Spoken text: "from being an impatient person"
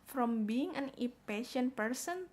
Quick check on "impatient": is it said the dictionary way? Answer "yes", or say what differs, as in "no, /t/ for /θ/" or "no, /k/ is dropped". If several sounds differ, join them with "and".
no, /m/ is dropped